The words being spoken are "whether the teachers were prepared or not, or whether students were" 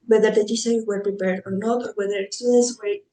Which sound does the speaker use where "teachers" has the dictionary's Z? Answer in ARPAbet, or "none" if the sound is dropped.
none